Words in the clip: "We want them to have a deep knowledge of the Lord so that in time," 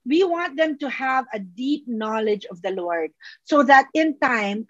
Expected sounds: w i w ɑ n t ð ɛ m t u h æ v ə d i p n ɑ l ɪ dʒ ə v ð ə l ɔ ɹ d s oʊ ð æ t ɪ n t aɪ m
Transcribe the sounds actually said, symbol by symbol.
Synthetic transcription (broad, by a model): w i w ɑ n t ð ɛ m t u h æ v ə d i p n ɑ l ɪ dʒ ə v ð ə l ɔ ɹ d s oʊ ð æ t ɪ n t aɪ m